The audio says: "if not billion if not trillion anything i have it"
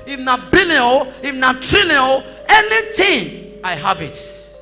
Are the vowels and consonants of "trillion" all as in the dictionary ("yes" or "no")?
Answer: no